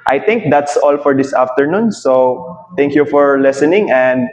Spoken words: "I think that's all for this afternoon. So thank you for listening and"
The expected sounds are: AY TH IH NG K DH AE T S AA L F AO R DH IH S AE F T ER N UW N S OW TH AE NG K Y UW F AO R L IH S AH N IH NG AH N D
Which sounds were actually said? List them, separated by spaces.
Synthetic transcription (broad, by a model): AY T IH NG K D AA T S AA L F AO R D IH S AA F T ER N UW N S OW T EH NG K Y UW F AO R L IH S AH N IH NG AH N D